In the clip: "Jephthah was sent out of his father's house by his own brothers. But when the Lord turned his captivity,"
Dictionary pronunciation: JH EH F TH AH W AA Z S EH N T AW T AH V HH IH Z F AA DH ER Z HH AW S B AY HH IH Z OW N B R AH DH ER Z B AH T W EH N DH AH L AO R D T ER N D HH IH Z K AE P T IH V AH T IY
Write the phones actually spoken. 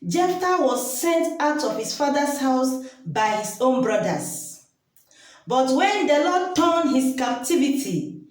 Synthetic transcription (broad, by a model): JH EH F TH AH W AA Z S EH N T AW T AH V HH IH S F AA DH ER S HH AW S B AY HH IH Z OW N B R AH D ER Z B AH T W EH N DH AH L AO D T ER N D HH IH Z K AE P T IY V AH T IY